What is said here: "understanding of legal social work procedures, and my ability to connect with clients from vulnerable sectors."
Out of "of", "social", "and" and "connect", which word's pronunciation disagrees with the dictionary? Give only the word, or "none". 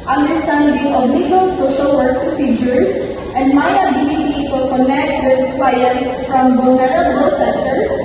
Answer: of